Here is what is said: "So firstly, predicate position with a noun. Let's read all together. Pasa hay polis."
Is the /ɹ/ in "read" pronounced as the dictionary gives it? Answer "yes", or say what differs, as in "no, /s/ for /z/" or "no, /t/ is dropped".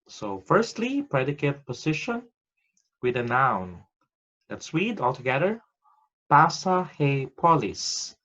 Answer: no, /w/ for /ɹ/